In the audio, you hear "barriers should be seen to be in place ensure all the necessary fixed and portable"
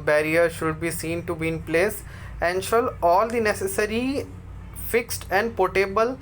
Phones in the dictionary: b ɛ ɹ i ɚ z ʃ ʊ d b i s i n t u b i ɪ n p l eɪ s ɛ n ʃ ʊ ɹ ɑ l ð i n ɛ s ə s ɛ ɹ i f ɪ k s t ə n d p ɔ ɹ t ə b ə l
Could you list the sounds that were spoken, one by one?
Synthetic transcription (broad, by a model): b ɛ ɹ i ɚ ʃ ʊ d b i s i n t u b i ɪ n p l eɪ s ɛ n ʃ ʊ l ɑ l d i n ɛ s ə s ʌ ɹ i f ɪ k s t ə n d p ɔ t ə b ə l